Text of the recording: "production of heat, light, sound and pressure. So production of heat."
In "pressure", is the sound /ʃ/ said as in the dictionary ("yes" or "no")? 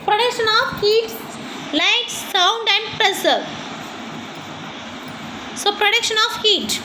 no